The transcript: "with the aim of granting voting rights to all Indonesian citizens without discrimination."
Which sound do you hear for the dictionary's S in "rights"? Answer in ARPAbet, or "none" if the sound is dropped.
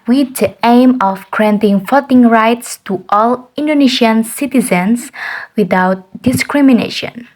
S